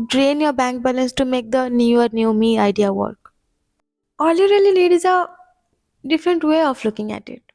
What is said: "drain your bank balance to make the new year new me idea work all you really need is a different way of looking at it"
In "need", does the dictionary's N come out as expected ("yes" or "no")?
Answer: no